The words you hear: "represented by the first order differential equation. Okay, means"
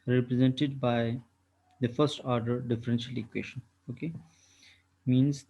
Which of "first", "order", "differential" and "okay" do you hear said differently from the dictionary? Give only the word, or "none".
none